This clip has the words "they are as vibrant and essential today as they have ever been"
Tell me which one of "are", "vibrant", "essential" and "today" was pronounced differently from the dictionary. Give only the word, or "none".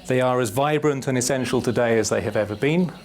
none